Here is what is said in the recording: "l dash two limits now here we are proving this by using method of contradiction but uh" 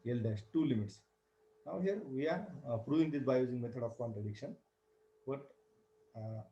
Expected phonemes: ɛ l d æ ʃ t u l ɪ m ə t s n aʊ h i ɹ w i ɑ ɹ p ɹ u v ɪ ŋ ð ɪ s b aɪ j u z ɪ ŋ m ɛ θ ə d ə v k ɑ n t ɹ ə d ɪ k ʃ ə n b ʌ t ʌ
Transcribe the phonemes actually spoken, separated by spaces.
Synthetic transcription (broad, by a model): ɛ l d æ s t u l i m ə t s n aʊ h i ɹ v i ɑ ɹ p ɹ u v ɪ ŋ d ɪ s b aɪ j u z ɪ ŋ m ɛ t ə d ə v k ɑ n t ɹ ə d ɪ k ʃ ə n b ʌ t